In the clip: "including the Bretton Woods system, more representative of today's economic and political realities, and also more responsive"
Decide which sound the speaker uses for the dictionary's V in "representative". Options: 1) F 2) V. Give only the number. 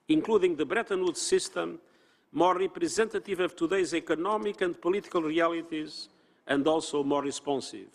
2